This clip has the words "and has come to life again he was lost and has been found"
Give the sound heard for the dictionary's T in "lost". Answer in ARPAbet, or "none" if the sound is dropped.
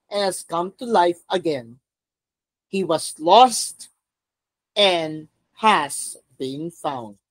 T